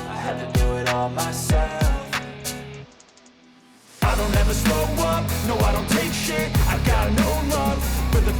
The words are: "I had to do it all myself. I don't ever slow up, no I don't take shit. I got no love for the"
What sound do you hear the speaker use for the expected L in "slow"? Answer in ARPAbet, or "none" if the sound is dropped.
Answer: none